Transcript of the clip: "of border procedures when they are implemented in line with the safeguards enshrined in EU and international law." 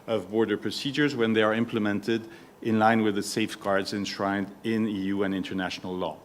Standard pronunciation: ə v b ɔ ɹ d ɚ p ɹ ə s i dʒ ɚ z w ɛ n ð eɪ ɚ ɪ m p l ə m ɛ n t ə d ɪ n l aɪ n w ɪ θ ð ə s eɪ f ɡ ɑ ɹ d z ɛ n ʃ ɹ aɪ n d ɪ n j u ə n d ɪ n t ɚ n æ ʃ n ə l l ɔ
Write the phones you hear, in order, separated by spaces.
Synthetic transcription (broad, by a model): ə v b ɔ ɹ d ɚ p ɹ ə s i dʒ ɚ z w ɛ n ð eɪ ɚ ɪ m p l ə m ɛ n t ə d ɪ n l aɪ n w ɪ ð ə s eɪ f ɡ ɑ ɹ d z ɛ n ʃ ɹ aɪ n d ɪ n j u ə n ɪ n t ɚ n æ ʃ n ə l l ɔ